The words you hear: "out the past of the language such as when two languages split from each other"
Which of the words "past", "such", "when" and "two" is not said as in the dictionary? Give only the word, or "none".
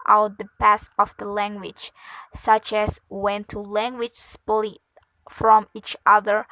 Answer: past